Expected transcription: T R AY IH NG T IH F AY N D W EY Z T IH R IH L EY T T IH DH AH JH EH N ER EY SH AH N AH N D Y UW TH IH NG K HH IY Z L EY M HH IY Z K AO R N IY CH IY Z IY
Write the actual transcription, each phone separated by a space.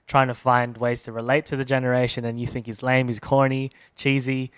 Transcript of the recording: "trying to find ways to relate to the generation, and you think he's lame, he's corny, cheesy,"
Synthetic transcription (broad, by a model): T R AY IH NG T IH F AY N D W EY Z T IH R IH L EY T T IH DH AH JH EH N ER EY SH AH N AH N Y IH TH IH NG K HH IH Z L EY M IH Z K AO R N IY CH IY Z IY